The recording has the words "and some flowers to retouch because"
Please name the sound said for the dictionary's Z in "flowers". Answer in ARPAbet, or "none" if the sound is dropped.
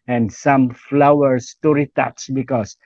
S